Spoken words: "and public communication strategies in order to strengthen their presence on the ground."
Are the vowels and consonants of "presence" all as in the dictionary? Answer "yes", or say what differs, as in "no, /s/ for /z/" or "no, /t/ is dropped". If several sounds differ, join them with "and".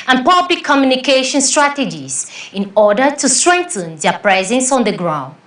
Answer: yes